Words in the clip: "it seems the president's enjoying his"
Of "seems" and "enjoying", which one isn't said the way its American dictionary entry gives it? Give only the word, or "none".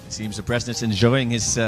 none